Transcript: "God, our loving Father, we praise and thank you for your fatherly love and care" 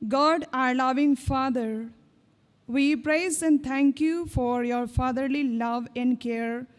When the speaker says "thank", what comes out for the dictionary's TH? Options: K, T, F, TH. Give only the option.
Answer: T